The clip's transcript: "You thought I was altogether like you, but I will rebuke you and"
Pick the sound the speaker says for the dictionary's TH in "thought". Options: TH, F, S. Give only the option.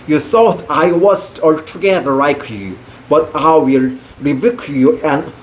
S